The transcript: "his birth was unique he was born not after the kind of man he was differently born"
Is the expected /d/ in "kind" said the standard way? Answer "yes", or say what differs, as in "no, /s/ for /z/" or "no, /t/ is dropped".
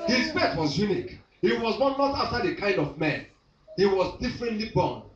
yes